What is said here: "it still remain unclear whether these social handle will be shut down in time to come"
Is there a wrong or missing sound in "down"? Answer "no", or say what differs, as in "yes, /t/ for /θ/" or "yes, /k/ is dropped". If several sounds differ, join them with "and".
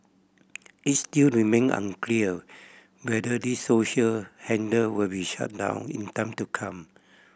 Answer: no